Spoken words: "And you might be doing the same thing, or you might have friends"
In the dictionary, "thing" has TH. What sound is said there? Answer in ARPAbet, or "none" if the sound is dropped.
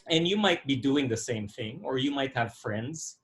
TH